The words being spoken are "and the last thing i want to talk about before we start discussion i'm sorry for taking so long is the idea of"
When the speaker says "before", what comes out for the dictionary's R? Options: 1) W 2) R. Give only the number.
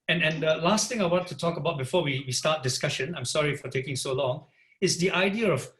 1